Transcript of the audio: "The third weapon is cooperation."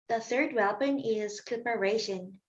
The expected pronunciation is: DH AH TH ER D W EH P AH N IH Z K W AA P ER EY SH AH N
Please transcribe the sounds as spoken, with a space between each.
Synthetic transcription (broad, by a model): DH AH TH ER D W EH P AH N IH Z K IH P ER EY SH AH N